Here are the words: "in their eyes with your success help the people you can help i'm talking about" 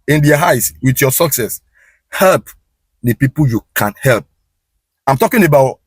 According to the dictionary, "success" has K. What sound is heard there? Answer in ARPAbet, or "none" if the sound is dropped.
K